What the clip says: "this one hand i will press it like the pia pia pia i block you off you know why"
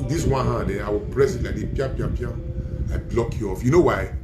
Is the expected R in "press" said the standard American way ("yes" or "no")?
yes